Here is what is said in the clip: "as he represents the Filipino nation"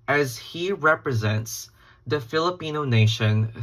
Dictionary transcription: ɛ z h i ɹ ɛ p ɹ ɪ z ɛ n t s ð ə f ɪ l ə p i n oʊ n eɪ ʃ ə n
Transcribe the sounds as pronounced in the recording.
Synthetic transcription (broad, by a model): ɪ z h i ɹ ɛ p ɹ ɪ z ɛ n t s ð ə f ɪ l ə p i n oʊ n eɪ ʃ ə n